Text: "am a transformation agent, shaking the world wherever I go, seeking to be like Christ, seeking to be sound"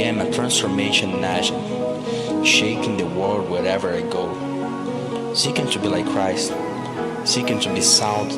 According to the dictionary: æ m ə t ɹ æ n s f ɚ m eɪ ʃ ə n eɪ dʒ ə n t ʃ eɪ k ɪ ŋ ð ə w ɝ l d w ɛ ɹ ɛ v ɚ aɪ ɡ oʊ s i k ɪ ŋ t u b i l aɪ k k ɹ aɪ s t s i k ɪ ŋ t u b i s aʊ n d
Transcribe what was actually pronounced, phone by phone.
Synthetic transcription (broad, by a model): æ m ə t ɹ æ n s f ɚ m eɪ ʃ ə n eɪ ʃ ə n ʃ eɪ k ɪ ŋ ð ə w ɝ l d w ɛ ɹ ɛ v ɚ aɪ ɡ oʊ s i k ɪ ŋ t u b i l aɪ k k ɹ aɪ s t s i k ɪ ŋ t u b i s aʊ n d